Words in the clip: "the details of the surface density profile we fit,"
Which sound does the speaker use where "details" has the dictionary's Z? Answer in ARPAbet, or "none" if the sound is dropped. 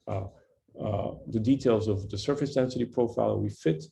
Z